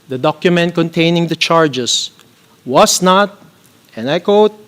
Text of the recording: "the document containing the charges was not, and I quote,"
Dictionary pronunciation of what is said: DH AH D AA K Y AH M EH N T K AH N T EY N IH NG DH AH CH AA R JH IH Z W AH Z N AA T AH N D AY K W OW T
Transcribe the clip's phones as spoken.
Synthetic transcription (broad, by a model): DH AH D AA K Y AH M EH N T K AH N T EY N IH NG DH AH CH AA R JH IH S W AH S N AA T AH N D AY K W OW T